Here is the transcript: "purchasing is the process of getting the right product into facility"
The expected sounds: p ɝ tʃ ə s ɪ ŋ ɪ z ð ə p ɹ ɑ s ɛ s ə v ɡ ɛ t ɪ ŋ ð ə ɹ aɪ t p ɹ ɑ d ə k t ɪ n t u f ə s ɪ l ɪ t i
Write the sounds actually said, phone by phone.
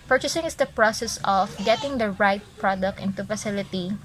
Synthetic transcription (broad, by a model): p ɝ tʃ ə s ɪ ŋ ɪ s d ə p ɹ ɑ s ɛ s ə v ɡ ɛ t ɪ ŋ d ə ɹ aɪ t p ɹ ɑ d ə k t ɪ n t u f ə s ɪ l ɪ t i